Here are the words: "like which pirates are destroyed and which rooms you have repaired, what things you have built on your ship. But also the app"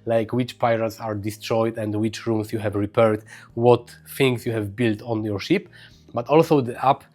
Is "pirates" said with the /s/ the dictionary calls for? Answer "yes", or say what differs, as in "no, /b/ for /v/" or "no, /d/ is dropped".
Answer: yes